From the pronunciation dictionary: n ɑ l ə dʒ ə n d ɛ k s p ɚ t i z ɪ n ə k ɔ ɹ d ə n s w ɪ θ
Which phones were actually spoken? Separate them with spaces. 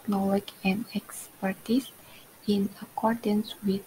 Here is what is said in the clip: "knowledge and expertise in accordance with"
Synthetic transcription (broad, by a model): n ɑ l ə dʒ ə n d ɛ k s p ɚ t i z ɪ n ə k ɔ ɹ d ə n s w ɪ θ